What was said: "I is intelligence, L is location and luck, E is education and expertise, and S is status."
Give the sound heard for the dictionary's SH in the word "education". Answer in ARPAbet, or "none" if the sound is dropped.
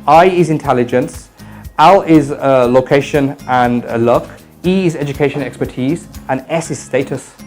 none